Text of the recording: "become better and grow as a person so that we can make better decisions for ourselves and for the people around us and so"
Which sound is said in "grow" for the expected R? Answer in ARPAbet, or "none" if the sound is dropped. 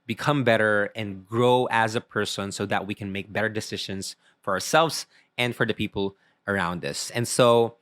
R